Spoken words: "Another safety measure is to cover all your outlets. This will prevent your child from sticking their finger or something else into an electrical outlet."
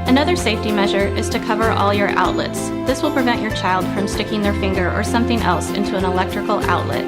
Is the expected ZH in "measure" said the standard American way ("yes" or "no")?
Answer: yes